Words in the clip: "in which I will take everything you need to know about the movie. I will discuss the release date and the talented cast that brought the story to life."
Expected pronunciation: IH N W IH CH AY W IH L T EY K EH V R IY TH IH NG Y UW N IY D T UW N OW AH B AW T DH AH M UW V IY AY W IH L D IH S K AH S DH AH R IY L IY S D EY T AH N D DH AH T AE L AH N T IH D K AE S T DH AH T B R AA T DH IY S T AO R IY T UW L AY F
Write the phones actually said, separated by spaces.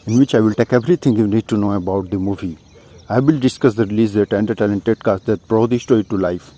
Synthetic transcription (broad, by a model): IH N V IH CH AY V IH L T EY K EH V R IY T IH NG Y UW N IY D T UW N OW AH B AW T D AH M UW V IY AY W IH L D IH S K AH S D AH R IY L IY S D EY T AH N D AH T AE L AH N T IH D K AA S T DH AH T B R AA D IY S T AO IY T UW L AY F